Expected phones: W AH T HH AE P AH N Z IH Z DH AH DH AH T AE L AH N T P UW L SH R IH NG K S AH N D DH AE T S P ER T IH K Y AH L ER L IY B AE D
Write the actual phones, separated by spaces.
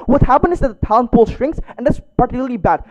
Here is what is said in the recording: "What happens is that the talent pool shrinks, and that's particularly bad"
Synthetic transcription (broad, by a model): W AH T HH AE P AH N IH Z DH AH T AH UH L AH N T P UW L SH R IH NG K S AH N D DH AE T S P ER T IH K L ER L IY B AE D